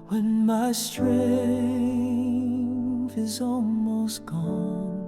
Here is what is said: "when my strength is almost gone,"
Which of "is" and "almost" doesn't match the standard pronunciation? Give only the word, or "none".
none